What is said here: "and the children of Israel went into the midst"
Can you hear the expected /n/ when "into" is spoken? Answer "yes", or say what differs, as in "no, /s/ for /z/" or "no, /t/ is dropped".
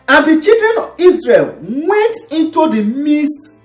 yes